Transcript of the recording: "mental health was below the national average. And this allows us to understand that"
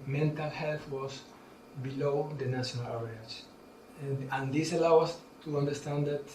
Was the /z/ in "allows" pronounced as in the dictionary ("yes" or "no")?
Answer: no